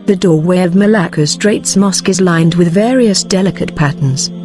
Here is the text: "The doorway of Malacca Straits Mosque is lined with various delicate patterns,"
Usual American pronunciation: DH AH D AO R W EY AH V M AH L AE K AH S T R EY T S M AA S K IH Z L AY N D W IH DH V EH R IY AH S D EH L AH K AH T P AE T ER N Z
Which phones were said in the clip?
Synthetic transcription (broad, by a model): DH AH D AO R W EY AH V M AH L AE K AH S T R EY T S M AA S K IH Z L AY N D W IH DH V EH R IY AH S D EH L AH K AH T P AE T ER N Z